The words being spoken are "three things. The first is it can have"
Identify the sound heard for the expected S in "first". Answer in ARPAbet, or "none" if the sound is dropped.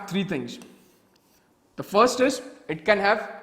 S